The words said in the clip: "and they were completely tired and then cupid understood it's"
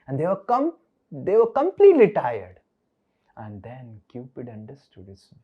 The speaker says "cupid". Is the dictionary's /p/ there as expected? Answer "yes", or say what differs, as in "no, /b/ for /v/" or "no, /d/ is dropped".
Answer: yes